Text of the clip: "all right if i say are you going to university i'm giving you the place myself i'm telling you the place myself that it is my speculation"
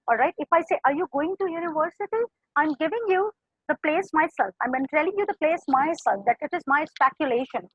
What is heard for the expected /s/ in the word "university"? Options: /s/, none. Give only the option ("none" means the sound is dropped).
/s/